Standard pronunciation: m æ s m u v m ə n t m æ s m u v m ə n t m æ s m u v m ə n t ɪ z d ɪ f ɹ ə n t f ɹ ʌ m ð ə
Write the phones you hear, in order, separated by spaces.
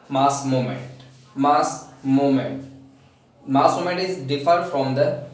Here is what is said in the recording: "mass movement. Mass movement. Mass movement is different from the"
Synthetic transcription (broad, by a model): m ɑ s m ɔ m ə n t m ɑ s m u m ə n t m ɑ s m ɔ m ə n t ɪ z d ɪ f ə t f ɹ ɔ m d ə